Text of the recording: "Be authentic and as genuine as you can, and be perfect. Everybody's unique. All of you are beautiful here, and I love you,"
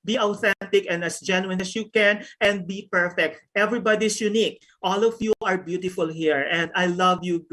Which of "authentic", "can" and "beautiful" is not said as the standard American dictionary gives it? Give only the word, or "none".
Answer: none